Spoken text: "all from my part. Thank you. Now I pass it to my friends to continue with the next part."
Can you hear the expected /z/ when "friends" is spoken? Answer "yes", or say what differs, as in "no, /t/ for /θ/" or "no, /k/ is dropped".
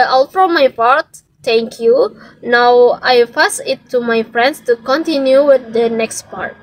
no, /s/ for /z/